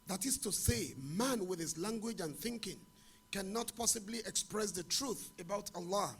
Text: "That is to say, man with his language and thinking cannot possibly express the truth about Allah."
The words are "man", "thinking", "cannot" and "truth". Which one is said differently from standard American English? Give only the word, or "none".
none